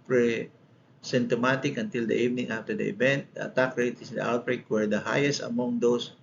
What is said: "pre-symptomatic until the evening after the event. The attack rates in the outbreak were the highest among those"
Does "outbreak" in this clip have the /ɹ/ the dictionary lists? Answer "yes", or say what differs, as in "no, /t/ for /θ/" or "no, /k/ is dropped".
yes